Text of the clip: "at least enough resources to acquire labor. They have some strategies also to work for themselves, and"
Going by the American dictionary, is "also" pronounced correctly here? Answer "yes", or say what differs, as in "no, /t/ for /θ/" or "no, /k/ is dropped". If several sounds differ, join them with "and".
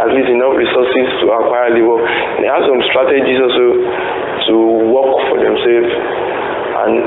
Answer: no, /l/ is dropped